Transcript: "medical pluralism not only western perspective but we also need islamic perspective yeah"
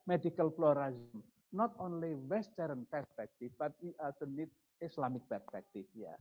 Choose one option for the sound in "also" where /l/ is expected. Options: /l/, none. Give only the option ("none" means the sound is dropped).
none